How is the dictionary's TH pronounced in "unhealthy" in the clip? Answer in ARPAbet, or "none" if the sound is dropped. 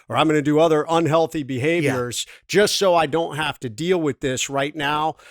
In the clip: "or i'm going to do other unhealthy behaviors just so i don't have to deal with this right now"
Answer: TH